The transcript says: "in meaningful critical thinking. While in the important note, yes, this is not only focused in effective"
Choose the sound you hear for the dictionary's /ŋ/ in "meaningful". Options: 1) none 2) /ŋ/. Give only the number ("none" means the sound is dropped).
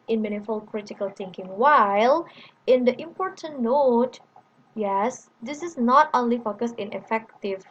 1